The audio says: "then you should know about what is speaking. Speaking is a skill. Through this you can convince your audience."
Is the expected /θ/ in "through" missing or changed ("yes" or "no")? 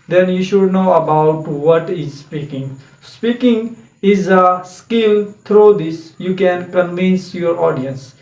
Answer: yes